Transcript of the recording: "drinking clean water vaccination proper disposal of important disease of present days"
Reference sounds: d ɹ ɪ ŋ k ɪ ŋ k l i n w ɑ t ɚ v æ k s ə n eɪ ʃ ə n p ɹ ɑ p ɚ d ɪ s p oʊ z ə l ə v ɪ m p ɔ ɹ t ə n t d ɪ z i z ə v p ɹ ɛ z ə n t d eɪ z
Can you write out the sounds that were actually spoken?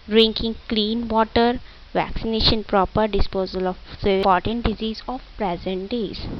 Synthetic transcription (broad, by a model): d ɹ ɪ ŋ k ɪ ŋ k l i n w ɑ t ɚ v æ k s ə n eɪ ʃ ə n p ɹ ɑ p ɚ d ɪ s p oʊ z ə l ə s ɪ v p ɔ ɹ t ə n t d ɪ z i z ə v p ɹ ɛ z ə n t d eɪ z